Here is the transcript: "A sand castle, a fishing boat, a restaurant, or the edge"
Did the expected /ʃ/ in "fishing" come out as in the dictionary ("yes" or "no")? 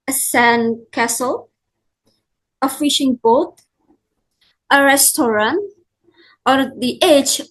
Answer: yes